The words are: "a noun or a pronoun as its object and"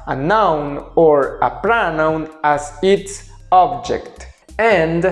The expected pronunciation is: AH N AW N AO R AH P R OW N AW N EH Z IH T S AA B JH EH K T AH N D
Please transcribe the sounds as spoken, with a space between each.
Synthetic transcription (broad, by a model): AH N AW N AO R AH P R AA N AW N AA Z IH T S AA B JH EH K T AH N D